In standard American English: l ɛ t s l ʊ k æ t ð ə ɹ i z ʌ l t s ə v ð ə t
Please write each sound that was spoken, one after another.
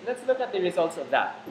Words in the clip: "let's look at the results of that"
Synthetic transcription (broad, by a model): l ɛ t s l ʊ k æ t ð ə ɹ i z ʌ l t s ə v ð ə t